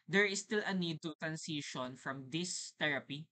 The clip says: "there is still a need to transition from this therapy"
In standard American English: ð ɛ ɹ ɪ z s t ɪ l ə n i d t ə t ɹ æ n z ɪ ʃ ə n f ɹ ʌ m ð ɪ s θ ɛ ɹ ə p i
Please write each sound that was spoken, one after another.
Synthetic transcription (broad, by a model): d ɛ ɹ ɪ s t ɪ l ə n i d t ə t ɹ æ n s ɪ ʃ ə n f ɹ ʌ m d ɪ s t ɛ ɹ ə p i